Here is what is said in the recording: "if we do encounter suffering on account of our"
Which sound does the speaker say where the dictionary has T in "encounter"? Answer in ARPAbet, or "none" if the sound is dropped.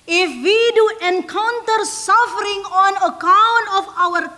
T